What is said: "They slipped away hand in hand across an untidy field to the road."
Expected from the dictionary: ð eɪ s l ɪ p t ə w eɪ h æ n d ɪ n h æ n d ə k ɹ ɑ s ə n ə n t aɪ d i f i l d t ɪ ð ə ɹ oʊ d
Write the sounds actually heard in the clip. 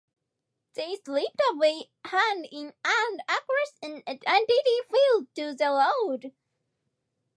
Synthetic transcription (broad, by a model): ð eɪ s l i p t ə w eɪ h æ n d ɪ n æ n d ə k ɹ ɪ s ə n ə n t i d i f i l d t ɪ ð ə l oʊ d